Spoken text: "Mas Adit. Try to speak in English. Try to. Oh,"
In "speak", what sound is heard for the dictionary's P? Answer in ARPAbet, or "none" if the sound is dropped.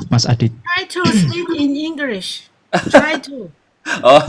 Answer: none